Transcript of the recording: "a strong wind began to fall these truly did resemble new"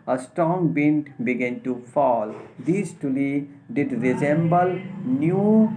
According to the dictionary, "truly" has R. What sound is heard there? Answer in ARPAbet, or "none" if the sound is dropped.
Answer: none